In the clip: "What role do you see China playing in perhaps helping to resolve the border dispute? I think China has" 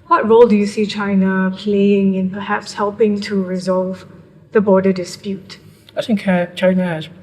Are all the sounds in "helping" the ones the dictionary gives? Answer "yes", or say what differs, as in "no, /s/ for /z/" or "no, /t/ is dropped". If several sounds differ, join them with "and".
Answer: yes